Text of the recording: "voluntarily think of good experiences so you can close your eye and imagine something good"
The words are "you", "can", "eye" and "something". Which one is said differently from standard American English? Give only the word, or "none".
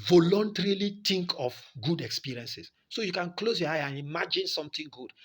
something